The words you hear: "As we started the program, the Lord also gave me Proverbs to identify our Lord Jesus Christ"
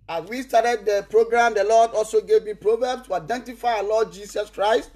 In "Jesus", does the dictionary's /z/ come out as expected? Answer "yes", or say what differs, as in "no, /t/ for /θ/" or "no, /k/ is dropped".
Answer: no, /s/ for /z/